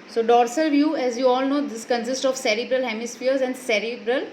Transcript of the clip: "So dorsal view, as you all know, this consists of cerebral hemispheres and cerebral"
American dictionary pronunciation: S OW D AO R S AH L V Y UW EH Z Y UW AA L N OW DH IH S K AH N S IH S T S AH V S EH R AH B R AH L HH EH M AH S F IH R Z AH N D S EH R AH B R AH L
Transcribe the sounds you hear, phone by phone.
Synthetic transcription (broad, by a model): S OW D AO R S AH L V Y UW EH Z Y UW AA L N OW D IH S K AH N S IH S T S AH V S EH R AH B R AH L HH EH M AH S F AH R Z AH N D S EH R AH B R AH L